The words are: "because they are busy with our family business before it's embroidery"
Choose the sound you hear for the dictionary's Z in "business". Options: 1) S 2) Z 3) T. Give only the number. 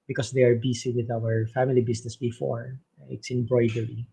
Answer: 1